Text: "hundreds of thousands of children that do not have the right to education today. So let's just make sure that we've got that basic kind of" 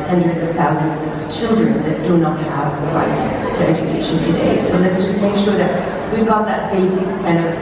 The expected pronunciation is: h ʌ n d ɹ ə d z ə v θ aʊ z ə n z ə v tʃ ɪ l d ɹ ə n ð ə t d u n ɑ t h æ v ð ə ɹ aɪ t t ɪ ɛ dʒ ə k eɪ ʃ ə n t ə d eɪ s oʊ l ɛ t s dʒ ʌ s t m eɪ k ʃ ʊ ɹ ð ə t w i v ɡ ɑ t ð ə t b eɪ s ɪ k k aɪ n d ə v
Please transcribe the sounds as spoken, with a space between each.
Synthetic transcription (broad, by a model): h ʌ n d ɹ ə d z ə v θ aʊ z ə n z ə v tʃ ɪ l d ɹ ə n ð ə t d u n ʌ t h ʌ v ð ə ɹ aɪ t t ɪ ɛ dʒ ə k eɪ ʃ ə n t ə d eɪ s oʊ l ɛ t s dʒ ʌ s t m eɪ k ʃ ʊ ɹ ð ə t w i v ɡ ɑ t ð ə t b eɪ s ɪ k k aɪ n d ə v